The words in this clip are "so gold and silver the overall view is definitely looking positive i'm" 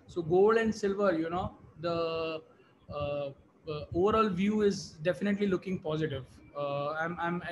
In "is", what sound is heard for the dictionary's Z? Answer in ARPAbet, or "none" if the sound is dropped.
Z